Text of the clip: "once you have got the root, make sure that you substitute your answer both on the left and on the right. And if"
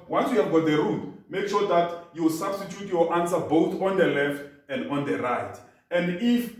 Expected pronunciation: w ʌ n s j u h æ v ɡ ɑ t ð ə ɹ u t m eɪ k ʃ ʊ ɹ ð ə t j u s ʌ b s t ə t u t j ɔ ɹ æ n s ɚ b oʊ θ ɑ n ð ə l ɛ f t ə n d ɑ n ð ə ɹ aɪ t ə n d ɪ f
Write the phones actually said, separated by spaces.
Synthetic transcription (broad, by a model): w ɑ n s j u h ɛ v ɡ ɑ t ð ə ɹ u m m eɪ k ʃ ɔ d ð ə t j u s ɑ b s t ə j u t j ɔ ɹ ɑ n s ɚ b oʊ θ ɑ n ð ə l ɛ f t ə n d ɑ n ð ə ɹ aɪ t ə n d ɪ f